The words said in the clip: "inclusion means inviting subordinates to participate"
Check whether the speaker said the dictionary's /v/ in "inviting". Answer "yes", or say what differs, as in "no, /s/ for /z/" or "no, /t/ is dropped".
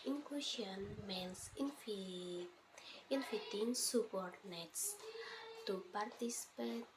no, /f/ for /v/